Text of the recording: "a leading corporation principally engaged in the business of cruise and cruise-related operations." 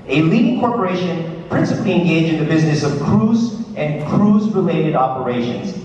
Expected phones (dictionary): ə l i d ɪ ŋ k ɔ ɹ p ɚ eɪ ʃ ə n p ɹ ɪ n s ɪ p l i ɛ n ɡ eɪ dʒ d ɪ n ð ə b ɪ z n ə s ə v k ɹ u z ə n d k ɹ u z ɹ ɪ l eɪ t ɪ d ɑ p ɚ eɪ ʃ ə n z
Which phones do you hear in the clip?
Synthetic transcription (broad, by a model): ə l i d ɪ ŋ k ɔ ɹ p ɚ eɪ ʃ ə n p ɹ ɪ n s ɪ p l i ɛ n ɡ eɪ dʒ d ɪ n ð ə b ɪ z n ə s ə v k ɹ u z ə n k ɹ u z ɹ ɪ l eɪ t ɪ d ɑ p ɚ eɪ ʃ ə n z